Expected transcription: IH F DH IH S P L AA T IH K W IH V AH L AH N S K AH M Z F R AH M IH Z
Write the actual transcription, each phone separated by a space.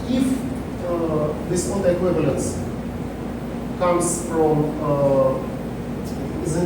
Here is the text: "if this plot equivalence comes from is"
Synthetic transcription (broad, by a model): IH F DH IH S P AA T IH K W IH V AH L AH N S K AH M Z F R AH M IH